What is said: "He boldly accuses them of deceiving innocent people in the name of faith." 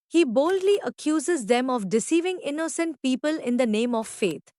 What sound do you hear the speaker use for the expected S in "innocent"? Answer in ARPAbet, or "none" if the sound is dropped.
S